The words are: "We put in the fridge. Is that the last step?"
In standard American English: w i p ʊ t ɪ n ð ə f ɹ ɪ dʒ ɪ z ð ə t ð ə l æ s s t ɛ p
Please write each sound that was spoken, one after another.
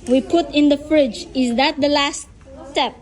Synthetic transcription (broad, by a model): w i p ʊ t ɪ n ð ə f ɹ ɪ dʒ ɪ z ð ə t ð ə l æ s s t ɛ p